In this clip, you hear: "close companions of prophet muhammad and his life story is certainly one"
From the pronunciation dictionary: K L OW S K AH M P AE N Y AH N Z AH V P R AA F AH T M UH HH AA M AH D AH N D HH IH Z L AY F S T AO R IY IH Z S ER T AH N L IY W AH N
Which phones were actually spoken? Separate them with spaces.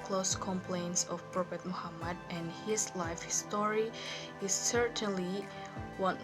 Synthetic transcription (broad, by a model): K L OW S K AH M P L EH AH N S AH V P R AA P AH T M UH HH AA M AH D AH N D HH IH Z L AY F S T AO R IY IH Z S ER T AH N L IY W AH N